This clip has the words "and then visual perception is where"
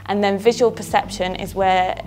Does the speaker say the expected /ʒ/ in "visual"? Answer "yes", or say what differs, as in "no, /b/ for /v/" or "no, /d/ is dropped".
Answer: yes